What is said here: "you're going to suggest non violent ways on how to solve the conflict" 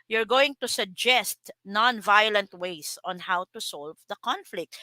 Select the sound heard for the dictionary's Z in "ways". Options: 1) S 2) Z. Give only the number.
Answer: 1